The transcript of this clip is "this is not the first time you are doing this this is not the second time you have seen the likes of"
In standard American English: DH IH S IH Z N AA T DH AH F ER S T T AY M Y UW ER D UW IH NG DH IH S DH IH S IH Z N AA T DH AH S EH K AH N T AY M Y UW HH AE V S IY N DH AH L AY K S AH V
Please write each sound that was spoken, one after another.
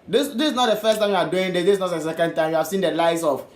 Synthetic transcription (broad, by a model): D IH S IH S N AA T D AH F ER S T T AY M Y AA D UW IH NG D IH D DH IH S N AA T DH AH S EH K AH N T AY M Y UW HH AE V S IY N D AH L AY S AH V